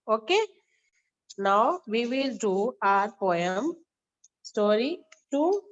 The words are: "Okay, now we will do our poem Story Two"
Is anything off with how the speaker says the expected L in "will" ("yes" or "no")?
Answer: no